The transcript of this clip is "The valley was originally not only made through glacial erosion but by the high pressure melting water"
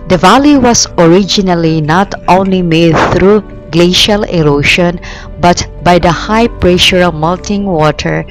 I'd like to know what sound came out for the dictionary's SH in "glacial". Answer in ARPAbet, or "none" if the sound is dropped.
SH